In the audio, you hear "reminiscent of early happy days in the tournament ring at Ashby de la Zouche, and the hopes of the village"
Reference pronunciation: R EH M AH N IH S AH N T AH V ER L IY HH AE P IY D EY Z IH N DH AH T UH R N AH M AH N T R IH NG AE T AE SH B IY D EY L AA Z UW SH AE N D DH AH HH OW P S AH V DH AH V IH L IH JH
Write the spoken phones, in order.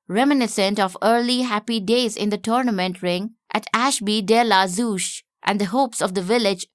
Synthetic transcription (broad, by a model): R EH M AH N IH S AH N T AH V ER L IY HH AE P IY D EY Z IH N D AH T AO R N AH M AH N T R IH NG AE T AE SH B IY D EY L AA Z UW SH AE N D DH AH HH OW P S AH V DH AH V IH L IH JH